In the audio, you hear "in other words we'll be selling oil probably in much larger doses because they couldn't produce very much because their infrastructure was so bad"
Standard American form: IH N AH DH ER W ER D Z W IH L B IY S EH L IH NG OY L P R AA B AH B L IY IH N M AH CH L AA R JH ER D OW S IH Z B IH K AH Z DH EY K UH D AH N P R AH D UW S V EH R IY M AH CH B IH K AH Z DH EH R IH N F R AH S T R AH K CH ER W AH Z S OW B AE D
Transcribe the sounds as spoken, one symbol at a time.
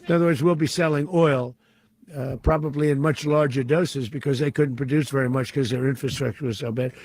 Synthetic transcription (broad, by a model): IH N AH DH ER W ER D Z W IH L B IY S EH L IH NG OY L P R AA B AH B L IY IH N M AH CH L AA R JH ER D OW S IH Z B IH K AH Z DH EY K UH D N P R AH D UW S V EH R IY M AH CH K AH Z DH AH R IH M F R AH S T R AH K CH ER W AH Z S OW B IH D